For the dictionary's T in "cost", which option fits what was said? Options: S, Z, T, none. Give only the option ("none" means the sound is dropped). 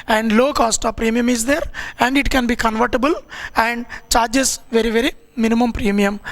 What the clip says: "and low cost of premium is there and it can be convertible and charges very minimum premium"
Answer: T